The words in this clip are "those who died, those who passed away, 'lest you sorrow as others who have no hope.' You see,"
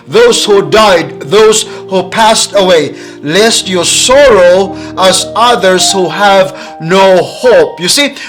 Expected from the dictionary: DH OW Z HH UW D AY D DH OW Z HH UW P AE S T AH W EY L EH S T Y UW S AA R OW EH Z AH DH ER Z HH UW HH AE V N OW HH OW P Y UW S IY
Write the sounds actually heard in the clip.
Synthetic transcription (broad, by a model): DH OW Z HH UW D AY D DH OW Z HH UW P AE S T AH W EY L EH S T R S AA R OW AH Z AH DH ER Z HH UW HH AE V N OW HH OW P Y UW S IY